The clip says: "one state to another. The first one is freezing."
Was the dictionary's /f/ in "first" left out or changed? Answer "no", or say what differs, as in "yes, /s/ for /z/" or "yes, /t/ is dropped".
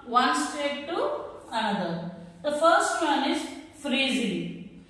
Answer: no